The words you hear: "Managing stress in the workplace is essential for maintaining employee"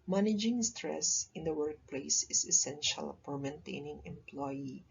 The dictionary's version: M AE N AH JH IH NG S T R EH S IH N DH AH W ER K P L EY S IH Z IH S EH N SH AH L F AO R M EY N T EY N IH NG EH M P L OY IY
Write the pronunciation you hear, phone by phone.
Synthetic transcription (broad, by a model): M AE N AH JH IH NG S T R EH S IH N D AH W ER K P L EY S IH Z IH S EH N SH AH L P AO R M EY N T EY N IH NG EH M P L OY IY